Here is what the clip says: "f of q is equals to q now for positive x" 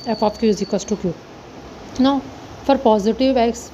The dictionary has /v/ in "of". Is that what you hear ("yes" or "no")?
no